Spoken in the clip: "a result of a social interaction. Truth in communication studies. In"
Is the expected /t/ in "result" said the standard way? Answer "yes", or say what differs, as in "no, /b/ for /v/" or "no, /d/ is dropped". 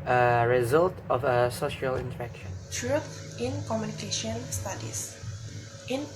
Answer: yes